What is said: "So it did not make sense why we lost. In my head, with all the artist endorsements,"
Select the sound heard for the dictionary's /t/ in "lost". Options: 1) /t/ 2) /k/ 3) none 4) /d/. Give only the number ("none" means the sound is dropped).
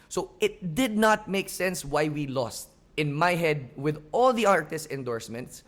1